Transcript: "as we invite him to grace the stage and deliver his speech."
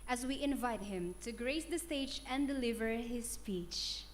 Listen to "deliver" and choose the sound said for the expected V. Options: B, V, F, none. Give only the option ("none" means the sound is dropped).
V